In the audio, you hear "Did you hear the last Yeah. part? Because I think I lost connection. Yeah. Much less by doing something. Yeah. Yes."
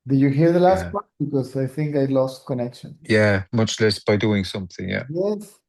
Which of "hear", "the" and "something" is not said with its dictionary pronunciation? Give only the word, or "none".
none